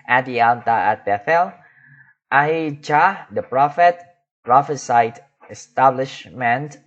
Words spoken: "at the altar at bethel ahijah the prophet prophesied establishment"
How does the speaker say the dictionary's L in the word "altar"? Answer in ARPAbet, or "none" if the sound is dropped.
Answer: N